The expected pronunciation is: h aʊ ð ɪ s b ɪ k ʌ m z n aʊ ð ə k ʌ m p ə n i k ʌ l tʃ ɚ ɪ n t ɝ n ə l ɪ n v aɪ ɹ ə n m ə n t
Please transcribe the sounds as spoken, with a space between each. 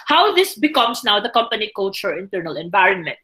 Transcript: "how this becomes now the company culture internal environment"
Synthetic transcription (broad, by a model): h aʊ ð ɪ s b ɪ k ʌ m s n aʊ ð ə k ʌ m p ə n i k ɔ tʃ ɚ ɪ n t ɝ n ə l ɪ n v aɪ ɹ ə n m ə n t